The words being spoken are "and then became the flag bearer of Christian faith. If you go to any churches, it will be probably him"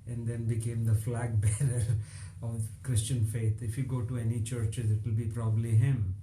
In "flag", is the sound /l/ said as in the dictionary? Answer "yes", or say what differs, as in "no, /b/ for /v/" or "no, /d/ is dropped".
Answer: yes